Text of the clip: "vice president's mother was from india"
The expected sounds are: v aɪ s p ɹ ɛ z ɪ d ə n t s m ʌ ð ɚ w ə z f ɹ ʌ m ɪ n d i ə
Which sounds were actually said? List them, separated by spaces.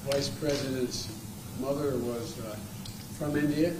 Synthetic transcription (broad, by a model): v aɪ s p ɹ ɛ z ɪ d ə n t s m ʌ ð ɚ w ə z f ɹ ʌ m ɪ n d i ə